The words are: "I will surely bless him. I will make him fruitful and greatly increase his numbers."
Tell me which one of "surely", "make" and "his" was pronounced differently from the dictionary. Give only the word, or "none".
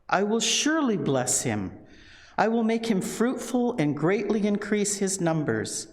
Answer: none